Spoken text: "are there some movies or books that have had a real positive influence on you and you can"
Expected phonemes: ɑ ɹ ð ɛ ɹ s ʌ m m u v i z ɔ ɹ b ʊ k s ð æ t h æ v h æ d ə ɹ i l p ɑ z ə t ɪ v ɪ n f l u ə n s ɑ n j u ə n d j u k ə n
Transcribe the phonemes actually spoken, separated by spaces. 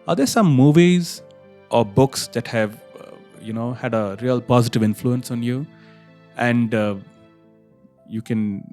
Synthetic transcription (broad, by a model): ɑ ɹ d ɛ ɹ s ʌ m m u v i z ɔ ɹ b ʊ k s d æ t h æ v h æ d ə ɹ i l p ɑ z ə t ɪ v ɪ n f l u ə n s ɑ n j u ə n d j u k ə n